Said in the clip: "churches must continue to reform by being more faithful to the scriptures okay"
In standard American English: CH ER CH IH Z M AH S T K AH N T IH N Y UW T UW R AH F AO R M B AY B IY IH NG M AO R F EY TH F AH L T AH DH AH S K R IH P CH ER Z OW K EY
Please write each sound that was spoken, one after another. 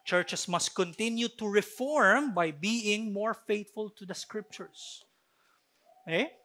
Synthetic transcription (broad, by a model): CH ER CH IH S M AH S T K AH N T IH N Y UW T UW R AH F AO R M B AY B IY IH NG M AO R F EY T F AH L T AH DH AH S K R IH P CH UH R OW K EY